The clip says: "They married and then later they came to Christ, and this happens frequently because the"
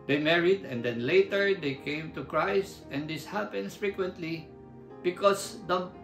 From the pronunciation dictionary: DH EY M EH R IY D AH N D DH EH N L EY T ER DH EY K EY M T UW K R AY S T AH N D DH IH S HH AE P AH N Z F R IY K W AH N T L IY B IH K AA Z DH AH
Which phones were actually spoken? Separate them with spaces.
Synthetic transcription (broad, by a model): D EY M EH R IY D AH N D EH N L EY T ER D EY K EY M T UW K R AY S T AH N D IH S HH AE P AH N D F R IY K W AH N T L IY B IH K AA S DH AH